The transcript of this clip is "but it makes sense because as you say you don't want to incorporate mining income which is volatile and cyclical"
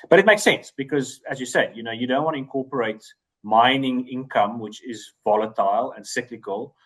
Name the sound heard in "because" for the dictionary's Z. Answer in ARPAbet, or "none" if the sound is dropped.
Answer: Z